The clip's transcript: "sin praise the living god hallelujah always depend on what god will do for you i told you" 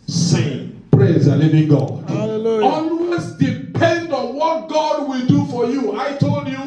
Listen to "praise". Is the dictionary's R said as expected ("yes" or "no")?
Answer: yes